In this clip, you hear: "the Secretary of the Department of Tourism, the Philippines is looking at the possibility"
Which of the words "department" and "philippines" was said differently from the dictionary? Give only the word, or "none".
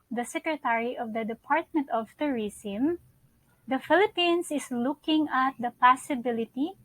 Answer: philippines